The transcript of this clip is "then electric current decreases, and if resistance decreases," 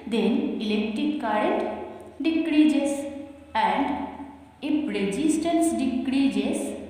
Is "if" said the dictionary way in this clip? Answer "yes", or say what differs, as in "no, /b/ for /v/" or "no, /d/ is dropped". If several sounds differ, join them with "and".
no, /p/ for /f/